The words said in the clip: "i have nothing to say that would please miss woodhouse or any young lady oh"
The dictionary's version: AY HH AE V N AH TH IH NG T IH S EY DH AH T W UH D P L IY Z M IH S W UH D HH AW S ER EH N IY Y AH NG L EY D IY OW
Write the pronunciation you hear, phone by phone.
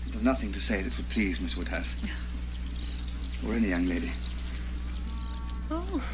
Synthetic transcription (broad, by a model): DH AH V N AH TH IH NG T IH S EY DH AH T W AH D P L IY Z M IH S W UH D HH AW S ER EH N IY Y AH NG L EY D IY OW